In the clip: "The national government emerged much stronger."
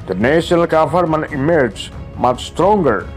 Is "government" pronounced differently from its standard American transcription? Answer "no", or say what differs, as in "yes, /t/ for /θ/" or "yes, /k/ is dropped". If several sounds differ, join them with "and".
yes, /f/ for /v/ and /t/ is dropped